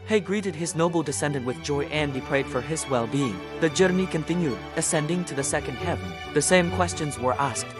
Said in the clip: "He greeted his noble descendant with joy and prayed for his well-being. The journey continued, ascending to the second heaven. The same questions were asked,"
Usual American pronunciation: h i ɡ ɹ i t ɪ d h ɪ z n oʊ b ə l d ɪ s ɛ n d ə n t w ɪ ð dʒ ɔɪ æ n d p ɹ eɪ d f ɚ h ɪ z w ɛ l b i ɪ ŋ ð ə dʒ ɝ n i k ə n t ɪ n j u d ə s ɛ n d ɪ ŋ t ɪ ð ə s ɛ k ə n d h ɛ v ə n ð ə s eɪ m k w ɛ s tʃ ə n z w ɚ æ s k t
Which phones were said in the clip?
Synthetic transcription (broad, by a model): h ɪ ɡ ɹ i t ɪ d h ɪ z n oʊ b l d ɪ s ɛ n d ə n t w ɪ ð dʒ ɔɪ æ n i p ɹ eɪ d f ɚ ɪ z w ɛ l b i ɪ ŋ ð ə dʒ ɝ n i k ə n t ɪ n j u d ə s ɛ n d ɪ ŋ t ɪ ð ə s ɛ k ə n d h ɛ v ə n ð ə s eɪ m k w ɛ s tʃ ə n z w ɚ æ s k t